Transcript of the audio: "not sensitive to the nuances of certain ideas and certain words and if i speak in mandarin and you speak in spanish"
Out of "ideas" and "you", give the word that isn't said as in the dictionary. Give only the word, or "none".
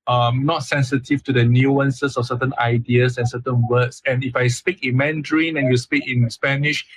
ideas